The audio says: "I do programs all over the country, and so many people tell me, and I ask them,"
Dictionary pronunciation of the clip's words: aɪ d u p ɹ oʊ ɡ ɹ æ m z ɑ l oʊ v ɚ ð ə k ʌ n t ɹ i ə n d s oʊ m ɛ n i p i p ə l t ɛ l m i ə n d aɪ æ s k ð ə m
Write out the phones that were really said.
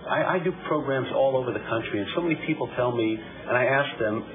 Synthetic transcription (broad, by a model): aɪ d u p ɹ oʊ ɡ ɹ æ m z ɑ l oʊ v ɚ ð ə k ʌ n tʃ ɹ i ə n s oʊ m ɛ n i p i p l t ɛ l m i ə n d aɪ æ s k ð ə m